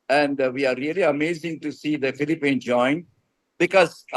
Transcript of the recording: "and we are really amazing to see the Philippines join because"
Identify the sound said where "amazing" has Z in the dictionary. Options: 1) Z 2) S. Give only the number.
1